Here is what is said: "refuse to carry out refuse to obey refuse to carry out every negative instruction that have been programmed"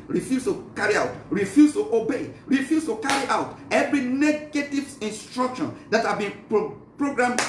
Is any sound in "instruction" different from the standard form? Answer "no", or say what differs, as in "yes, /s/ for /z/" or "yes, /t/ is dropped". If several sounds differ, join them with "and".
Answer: no